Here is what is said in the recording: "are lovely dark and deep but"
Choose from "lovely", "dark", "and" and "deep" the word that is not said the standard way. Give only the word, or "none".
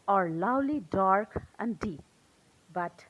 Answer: lovely